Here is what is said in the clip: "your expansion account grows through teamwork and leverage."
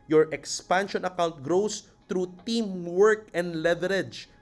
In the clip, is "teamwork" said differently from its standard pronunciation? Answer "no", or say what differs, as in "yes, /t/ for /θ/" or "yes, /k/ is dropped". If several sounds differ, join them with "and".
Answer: no